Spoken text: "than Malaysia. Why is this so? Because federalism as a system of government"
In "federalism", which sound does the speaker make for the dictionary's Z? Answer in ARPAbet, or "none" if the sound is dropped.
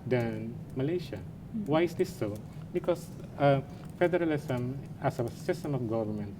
S